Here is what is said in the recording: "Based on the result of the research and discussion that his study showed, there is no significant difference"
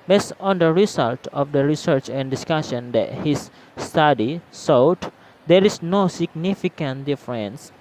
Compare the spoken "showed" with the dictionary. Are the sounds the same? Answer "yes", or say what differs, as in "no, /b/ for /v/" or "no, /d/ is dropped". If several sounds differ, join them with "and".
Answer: no, /s/ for /ʃ/